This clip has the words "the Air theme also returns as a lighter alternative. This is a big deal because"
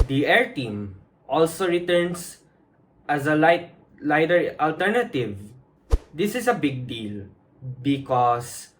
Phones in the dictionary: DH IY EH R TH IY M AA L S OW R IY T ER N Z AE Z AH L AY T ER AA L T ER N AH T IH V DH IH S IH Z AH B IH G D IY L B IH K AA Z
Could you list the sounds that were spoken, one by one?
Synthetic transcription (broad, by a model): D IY EH R T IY M AA L S OW R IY T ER N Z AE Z AH L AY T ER AA L T ER N AH T IH V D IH S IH S AH B IH G D IY L B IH K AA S